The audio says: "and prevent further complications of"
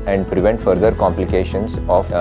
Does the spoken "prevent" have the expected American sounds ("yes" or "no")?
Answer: yes